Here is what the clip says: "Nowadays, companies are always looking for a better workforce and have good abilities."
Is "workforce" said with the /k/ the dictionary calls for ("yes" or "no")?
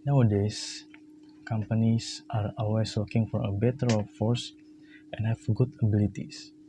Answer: no